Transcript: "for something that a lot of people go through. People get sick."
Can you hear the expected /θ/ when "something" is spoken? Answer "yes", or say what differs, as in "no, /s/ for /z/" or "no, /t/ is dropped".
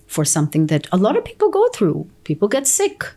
yes